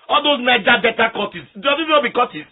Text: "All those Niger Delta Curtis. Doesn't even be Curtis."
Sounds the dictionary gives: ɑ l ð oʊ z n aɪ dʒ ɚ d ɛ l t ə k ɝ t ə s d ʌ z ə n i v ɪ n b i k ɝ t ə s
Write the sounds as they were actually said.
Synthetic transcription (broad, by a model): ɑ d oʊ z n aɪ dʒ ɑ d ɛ t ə k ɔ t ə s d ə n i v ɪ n b i k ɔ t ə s